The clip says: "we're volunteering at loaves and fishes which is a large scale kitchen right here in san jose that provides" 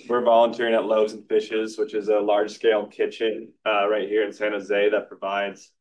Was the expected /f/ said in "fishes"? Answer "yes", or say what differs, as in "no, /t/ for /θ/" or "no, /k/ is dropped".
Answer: yes